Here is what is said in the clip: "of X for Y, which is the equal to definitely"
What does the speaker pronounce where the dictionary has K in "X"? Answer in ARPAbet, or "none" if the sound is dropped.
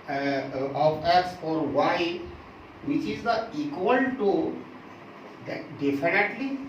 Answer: none